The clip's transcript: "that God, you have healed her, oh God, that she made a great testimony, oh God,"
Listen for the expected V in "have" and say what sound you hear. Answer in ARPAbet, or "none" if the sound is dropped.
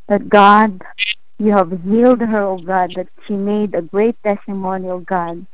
V